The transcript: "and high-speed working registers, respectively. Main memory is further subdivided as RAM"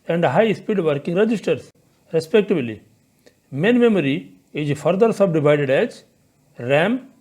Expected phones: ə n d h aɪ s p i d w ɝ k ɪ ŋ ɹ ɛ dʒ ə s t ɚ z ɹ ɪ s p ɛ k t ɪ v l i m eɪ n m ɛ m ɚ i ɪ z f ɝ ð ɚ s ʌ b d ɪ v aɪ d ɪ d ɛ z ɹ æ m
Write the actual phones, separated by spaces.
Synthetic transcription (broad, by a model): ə n d h aɪ s p i d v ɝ k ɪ ŋ ɹ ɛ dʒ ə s t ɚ s ɹ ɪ s p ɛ k t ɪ b l i m eɪ n m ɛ m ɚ i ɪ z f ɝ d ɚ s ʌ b d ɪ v aɪ d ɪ d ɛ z ɹ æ m